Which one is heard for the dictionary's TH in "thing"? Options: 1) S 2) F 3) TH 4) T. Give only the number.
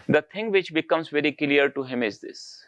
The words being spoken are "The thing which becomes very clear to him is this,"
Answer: 4